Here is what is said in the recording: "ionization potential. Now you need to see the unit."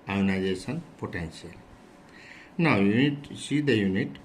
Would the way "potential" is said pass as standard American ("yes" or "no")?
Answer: no